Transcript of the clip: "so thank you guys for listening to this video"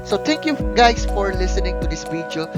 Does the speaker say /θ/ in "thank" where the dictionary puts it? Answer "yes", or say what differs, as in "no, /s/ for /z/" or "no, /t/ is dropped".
no, /t/ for /θ/